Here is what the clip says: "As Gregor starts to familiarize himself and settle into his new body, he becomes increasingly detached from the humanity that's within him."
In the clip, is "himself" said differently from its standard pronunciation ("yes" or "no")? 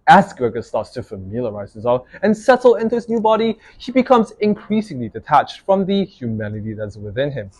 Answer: yes